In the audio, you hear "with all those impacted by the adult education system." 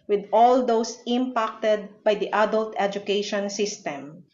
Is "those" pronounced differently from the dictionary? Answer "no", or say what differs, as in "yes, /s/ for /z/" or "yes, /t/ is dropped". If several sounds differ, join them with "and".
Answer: yes, /s/ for /z/